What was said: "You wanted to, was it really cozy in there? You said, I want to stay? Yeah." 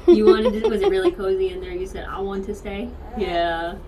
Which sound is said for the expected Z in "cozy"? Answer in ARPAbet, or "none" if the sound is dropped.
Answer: Z